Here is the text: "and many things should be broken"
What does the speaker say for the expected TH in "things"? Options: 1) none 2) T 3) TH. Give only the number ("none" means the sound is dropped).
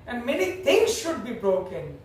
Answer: 2